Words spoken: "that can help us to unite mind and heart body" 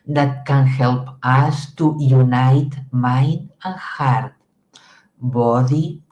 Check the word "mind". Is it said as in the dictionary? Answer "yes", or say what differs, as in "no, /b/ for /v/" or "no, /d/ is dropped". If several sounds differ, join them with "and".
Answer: no, /d/ is dropped